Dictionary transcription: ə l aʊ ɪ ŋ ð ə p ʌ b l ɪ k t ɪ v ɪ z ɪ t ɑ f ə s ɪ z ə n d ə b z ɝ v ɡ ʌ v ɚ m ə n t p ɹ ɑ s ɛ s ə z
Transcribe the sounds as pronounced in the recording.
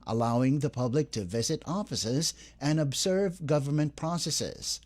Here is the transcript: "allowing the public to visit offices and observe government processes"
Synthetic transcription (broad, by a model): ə l aʊ ɪ ŋ ð ə p ʌ b l ɪ k t ɪ v ɪ z ɪ t ɑ f ə s ɪ z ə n ə b z ɝ v ɡ ʌ v ɚ m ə n p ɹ ɑ s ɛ s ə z